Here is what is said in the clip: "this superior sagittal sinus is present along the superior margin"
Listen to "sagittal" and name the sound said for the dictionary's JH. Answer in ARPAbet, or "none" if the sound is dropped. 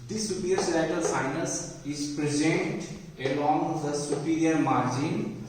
none